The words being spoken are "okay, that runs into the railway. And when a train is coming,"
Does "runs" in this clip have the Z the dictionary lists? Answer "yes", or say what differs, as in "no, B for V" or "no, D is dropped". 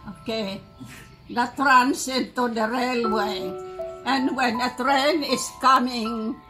no, S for Z